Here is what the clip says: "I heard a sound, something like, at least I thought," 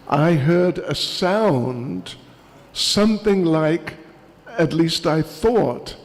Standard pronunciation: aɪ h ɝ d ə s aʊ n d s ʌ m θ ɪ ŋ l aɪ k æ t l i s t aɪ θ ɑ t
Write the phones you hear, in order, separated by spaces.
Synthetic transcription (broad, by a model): aɪ h ɝ d ə s aʊ n d s ʌ m θ ɪ ŋ l aɪ k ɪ t l i s t aɪ θ ɑ t